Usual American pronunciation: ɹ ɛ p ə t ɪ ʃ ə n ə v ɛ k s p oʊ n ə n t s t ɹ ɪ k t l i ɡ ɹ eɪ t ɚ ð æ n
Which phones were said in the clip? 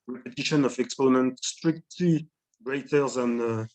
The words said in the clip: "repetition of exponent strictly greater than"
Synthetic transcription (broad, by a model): ɹ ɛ p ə t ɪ ʃ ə n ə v ɛ k s p oʊ n ə n t s t ɹ ɪ k t l i ɡ ɹ eɪ t ɚ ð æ n